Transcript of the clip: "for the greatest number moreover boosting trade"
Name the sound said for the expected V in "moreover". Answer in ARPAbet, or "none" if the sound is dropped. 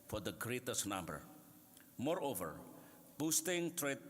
V